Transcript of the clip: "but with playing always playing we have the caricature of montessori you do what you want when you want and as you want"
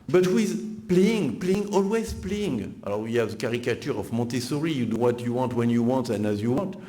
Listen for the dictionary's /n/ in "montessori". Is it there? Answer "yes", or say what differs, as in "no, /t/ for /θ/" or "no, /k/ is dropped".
no, /n/ is dropped